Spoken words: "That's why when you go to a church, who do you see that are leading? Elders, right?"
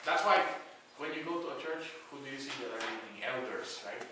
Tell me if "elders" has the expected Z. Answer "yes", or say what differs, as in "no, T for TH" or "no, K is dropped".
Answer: no, S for Z